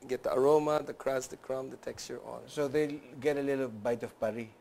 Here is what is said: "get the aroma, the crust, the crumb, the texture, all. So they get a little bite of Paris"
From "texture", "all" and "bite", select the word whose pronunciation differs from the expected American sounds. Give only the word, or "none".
all